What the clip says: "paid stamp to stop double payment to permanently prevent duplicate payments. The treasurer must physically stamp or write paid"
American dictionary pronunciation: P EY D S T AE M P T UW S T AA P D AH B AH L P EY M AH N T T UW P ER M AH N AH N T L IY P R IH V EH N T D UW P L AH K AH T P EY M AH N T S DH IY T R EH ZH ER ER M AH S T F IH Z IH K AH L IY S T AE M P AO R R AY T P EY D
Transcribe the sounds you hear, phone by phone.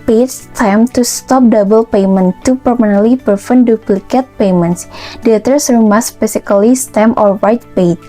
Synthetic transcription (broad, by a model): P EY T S T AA M T UW S T AA P D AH B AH L P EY M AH N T T UW P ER M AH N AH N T L IY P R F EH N D UW P L AH K AH T P EY M AH N T S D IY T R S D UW M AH S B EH S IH K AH L IY S T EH M AO R W AY T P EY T